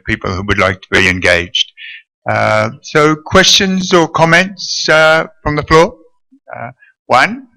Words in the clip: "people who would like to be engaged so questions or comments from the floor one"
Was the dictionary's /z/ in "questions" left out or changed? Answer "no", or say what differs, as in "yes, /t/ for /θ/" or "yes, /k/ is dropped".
no